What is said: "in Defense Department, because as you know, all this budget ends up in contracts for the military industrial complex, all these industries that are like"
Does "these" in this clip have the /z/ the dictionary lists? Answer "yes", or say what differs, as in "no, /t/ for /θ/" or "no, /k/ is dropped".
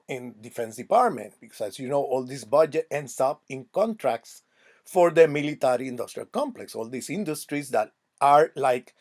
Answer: no, /s/ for /z/